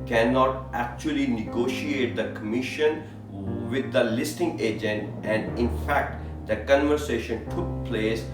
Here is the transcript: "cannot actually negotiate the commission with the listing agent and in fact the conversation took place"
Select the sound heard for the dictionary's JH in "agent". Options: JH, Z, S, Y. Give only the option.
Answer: JH